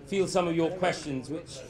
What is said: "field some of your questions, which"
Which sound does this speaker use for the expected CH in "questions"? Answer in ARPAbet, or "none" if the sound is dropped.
CH